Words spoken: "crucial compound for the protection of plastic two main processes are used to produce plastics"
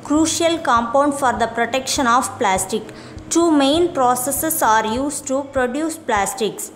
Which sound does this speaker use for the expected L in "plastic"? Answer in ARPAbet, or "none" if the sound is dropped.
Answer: L